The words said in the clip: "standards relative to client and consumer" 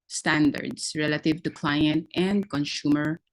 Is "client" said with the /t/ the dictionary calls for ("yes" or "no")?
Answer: yes